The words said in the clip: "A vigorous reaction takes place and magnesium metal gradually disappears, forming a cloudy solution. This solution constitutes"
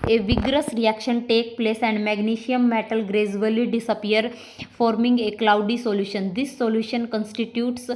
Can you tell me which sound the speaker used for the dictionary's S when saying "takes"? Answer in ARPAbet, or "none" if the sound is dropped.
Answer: none